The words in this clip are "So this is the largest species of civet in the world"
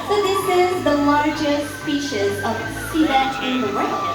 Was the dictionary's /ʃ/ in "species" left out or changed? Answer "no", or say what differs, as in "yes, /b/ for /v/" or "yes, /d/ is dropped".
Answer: no